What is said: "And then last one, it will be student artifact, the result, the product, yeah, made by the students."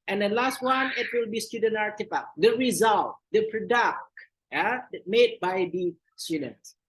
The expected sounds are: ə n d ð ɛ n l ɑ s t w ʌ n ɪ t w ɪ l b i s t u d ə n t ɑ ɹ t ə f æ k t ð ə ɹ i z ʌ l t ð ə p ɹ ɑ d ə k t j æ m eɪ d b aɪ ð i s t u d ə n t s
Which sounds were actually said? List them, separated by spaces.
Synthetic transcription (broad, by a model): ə n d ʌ l ɑ s t w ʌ n ɪ t w ɪ l b i s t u d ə n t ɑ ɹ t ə p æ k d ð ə ɹ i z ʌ l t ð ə p ɹ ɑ d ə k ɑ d m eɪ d b aɪ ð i s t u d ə n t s